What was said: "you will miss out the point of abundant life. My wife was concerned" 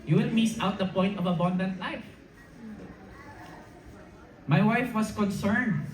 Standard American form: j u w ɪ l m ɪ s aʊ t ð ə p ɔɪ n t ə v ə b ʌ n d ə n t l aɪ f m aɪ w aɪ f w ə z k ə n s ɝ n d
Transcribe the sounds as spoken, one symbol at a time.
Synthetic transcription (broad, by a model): j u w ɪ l m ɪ s aʊ t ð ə p ɔɪ n t ə v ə b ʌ n d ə n t l aɪ f m aɪ w aɪ f w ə s k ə n s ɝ n d